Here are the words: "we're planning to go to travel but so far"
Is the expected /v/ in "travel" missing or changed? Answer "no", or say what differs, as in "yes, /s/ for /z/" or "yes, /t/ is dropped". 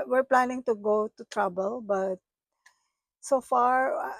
yes, /b/ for /v/